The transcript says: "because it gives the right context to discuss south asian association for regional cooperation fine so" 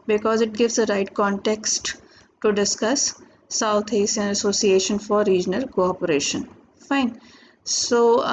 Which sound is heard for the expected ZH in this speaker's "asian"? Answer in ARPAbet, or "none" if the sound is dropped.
S